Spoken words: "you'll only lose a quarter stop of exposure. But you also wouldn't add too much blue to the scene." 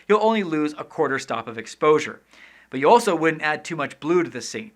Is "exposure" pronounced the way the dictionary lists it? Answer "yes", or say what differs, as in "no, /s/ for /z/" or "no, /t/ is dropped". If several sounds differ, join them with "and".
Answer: yes